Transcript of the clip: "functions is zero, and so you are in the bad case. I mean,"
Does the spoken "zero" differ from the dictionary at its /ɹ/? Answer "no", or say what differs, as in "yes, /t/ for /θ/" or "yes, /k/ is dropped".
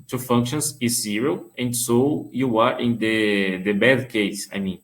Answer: no